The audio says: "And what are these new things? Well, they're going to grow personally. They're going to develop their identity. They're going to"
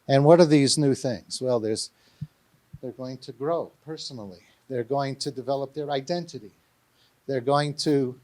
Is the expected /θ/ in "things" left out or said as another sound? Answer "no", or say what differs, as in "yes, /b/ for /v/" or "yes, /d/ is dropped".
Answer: no